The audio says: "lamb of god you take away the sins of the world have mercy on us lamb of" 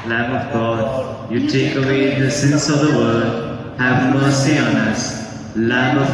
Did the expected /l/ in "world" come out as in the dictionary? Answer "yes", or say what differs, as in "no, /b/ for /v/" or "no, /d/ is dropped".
no, /l/ is dropped